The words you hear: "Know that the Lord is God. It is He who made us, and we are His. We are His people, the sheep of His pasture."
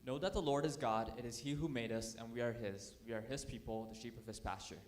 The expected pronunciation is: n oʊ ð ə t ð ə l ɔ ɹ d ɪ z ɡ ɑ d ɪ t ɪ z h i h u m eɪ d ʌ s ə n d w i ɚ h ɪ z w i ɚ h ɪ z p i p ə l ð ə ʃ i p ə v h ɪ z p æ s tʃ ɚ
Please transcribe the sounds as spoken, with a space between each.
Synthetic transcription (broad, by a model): n oʊ ð ə t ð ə l ɔ ɹ d ɪ z ɡ ɑ d ɪ t ɪ z h i h u m eɪ d ʌ s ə n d w i ɚ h ɪ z w i ɚ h ɪ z p i p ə l ð ə ʃ i p ə v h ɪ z p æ s tʃ ɚ